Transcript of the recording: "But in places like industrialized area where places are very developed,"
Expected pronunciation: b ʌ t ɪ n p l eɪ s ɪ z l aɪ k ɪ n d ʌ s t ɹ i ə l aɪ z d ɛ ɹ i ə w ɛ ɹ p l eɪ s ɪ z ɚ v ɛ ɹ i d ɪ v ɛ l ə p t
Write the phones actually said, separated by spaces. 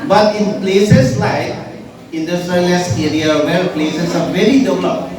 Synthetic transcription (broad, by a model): b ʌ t ɪ n p l eɪ s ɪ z l aɪ k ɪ n d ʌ s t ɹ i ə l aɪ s ɛ ɹ i ə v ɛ l p l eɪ s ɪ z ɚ v ɛ ɹ i d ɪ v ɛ l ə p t